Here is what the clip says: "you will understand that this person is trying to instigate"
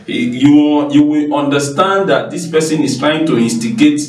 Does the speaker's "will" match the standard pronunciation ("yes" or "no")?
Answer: no